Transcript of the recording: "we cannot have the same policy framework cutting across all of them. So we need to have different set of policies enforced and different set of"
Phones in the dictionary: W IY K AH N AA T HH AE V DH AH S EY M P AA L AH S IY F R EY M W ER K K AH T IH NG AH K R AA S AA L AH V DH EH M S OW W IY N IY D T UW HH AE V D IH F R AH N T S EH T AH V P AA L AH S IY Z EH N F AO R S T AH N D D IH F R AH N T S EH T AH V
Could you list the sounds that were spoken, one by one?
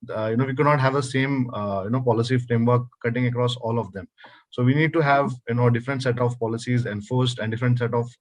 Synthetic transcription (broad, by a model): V IY K AH N AA T HH AE V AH S EY M P AA L AH S IY F R EY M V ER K K AH T IH NG AH K R AA S AA L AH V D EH M S OW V IY N IY D T UW HH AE V D IH F R AH N T S EH T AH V P AA L AH S IY Z EH N F AO R S T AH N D D IH F R AH N T S EH T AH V